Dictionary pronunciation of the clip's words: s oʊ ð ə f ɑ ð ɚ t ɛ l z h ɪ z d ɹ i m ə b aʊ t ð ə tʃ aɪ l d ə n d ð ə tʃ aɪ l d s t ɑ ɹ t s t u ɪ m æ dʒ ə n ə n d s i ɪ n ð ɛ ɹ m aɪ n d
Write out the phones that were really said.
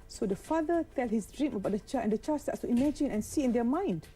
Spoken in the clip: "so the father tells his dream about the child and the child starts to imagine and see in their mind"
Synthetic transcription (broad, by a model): s oʊ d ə f ɑ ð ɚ t ɛ l h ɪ s d ɹ i m ə b aʊ t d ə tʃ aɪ ə n d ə tʃ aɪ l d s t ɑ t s t u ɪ m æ dʒ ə n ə n s i ɪ n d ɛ m aɪ n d